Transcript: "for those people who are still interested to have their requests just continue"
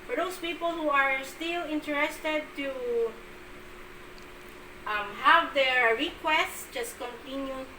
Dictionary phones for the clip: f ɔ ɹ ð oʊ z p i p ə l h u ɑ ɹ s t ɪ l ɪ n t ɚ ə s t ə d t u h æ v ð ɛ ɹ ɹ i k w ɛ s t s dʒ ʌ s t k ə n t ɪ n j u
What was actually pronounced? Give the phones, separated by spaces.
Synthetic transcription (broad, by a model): f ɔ ɹ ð oʊ s p i p ə l h u ɑ ɹ s t ɪ l ɪ n t ɚ ə s t ə d t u h æ v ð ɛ ɹ ɹ i k w ɛ s t s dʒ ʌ s t k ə n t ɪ n j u